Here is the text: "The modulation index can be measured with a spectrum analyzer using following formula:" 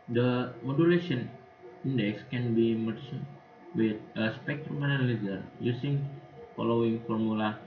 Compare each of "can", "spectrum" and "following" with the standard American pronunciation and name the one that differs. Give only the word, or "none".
none